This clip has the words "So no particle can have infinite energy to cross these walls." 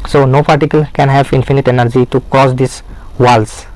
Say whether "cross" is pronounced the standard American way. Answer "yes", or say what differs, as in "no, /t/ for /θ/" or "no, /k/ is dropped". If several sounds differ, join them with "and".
no, /ɹ/ is dropped